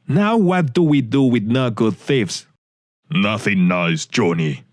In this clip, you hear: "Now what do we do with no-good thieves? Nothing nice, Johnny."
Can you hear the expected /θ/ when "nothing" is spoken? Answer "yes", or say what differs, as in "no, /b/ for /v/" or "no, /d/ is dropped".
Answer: yes